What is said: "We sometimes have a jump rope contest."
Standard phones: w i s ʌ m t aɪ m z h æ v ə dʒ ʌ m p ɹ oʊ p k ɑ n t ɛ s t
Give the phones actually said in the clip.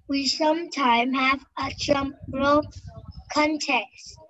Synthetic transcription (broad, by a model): w i s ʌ m t aɪ m h æ v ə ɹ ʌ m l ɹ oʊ k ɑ n t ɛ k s